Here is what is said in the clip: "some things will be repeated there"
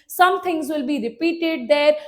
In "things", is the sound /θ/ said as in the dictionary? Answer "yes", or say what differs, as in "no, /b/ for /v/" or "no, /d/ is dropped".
no, /t/ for /θ/